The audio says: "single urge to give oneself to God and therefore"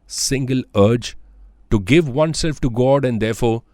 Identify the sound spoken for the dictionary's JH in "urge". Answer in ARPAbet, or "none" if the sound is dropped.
JH